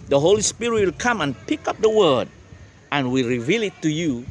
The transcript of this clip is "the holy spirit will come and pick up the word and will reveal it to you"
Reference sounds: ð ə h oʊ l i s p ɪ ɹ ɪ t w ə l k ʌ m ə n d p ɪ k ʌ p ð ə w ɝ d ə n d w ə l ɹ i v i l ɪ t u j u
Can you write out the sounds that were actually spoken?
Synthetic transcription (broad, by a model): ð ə h oʊ l i s p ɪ ɹ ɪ t w ə l k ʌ m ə n p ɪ k ʌ p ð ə w ɝ d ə n w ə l ɹ i v i l ɪ t u j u